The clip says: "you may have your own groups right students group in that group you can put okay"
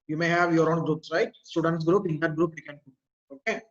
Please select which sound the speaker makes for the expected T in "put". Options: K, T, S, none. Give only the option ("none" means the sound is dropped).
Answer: none